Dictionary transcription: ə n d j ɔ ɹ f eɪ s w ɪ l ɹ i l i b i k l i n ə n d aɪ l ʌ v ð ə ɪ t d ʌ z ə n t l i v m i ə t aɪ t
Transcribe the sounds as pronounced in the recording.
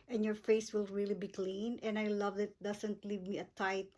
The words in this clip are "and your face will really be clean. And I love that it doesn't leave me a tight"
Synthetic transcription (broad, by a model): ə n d j ɔ ɹ f eɪ s w ɪ l ɹ i l i b i k l i n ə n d aɪ l ʌ v ɪ t d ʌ s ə n t l i v m i ə t aɪ t